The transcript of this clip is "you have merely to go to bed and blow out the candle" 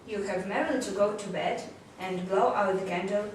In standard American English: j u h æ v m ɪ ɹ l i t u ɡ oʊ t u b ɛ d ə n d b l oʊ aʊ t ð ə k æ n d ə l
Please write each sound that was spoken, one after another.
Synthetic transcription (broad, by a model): j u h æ v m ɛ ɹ i t u ɡ oʊ t u b ɛ d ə n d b l oʊ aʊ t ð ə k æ n d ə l